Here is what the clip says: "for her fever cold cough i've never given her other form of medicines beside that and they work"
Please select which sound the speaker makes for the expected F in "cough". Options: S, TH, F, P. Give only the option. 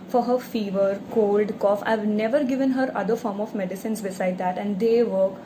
F